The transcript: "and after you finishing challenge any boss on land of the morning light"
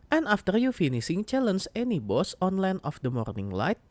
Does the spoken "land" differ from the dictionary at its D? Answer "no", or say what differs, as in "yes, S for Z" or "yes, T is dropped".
yes, D is dropped